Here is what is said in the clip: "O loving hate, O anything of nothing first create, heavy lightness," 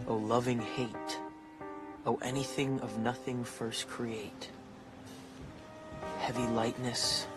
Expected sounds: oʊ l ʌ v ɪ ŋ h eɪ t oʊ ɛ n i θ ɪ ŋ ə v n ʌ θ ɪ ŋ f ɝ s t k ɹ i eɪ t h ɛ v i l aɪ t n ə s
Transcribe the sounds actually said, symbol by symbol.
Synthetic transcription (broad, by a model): oʊ l ʌ v ɪ ŋ h eɪ t oʊ ɛ n i θ ɪ ŋ ə v n ʌ θ ɪ ŋ f ɝ s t k ɹ i eɪ t h ɛ v i l aɪ t n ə s